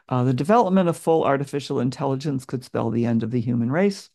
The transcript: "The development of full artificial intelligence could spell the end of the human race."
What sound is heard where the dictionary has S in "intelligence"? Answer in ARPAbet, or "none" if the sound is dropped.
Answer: S